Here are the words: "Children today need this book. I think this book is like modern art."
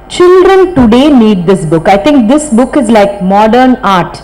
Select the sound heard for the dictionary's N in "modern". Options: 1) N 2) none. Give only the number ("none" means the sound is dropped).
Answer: 1